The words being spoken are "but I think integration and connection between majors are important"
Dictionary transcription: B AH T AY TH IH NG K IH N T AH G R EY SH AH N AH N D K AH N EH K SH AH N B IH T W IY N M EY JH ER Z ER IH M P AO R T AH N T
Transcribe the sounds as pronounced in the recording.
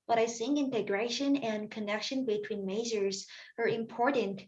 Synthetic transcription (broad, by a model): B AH T AY S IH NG IH N T AH G R EY SH AH N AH N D K AH N EH K SH AH N B IH T W IY N M EY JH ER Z ER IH M P AO R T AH N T